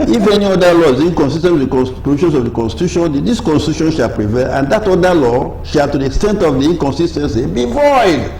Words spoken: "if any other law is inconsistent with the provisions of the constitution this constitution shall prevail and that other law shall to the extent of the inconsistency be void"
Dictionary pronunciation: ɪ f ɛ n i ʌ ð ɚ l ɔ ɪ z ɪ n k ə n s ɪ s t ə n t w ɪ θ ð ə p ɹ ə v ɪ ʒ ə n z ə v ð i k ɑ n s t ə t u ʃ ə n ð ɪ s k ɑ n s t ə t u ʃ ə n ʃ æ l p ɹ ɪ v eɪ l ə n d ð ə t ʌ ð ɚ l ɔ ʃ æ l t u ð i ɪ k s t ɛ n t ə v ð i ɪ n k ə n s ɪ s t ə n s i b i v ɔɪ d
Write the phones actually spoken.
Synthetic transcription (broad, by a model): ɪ f ɛ n i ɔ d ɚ l ɔ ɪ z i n k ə n s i s t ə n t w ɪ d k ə p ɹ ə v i ʃ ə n s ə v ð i k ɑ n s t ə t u ʃ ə n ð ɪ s k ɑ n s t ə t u ʃ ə n ʃ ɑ l p ɹ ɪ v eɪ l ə n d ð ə t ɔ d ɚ l ɔ ʃ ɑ l t u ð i ɪ k s t ɛ n t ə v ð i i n k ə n s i s t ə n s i b i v ɔɪ d